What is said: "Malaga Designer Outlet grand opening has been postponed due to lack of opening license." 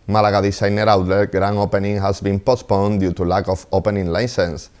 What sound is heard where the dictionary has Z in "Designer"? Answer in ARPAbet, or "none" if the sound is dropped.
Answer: S